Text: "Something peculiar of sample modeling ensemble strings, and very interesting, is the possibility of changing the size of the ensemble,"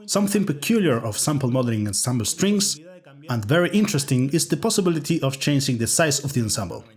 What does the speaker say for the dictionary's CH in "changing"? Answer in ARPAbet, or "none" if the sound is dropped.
CH